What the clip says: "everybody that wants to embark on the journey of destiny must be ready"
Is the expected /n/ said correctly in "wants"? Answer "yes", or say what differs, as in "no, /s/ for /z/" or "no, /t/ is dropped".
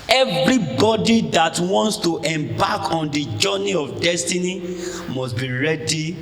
yes